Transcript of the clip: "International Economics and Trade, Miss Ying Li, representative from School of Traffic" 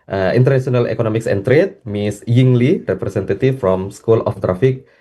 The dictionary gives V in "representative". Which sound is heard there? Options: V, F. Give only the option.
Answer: F